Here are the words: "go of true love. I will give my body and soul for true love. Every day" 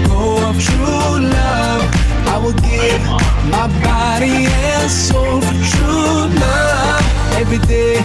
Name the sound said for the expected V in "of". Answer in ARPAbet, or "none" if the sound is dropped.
P